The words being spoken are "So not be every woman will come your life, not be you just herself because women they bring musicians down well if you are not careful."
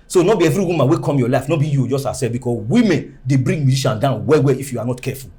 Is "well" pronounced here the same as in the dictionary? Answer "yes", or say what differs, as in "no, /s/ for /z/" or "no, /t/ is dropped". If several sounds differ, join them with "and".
no, /w/ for /l/